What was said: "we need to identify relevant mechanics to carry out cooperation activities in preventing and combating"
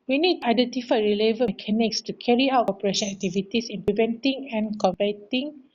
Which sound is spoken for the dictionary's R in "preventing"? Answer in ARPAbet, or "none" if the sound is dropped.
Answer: L